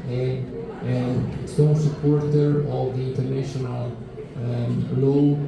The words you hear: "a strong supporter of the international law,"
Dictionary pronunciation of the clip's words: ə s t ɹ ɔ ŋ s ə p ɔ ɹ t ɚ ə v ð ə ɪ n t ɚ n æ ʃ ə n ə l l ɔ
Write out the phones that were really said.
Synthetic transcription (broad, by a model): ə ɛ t ɔ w s ə p ɔ ɹ t ɚ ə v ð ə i n t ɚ n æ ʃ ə n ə l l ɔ